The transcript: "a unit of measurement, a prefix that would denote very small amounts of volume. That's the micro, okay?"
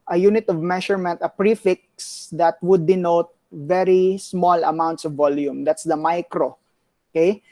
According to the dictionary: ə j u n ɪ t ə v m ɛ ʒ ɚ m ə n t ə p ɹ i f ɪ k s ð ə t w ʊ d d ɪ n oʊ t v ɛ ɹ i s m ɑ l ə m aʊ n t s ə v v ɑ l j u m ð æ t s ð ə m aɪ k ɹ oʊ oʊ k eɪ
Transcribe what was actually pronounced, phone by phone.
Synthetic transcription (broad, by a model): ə j u n ɪ t ə v m ɛ ʃ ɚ m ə n t ə p ɹ i f ɪ k s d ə t w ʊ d d ɪ n oʊ t v ɛ ɹ i s m ɑ l ə m aʊ n t s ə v v ɑ l j u m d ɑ t s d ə m aɪ k ɹ oʊ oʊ k eɪ